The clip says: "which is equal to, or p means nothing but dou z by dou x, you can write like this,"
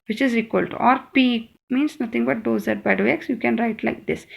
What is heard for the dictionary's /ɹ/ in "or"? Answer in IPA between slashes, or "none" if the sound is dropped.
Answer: /ɹ/